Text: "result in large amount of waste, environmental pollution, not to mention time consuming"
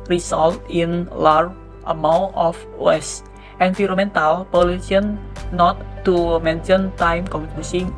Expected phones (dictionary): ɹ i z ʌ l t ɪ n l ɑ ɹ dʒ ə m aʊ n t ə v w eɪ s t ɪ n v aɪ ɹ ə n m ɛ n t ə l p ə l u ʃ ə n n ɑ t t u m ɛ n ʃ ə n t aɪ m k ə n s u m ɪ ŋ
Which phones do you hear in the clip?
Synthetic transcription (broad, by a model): ɹ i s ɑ l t ɪ n l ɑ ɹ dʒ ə m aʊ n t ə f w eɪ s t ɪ n f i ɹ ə m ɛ n t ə l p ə l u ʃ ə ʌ n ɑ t t u m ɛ n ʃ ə n t aɪ m k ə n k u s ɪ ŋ